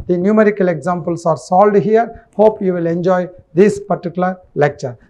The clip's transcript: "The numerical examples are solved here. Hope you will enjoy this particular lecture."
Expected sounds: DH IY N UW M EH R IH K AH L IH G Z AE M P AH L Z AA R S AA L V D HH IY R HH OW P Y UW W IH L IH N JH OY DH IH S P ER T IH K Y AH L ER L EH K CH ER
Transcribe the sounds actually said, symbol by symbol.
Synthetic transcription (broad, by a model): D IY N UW M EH R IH K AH L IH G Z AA M P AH L S AA R S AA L D HH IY R HH OW P Y UW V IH L IH N JH OY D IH S P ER T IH K Y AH L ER L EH K CH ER